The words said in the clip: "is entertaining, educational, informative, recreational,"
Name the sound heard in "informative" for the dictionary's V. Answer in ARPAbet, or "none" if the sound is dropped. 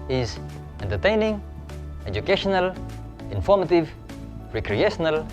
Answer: V